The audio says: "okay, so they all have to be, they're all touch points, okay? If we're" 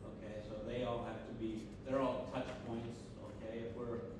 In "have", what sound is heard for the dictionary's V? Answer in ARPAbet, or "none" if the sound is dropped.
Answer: F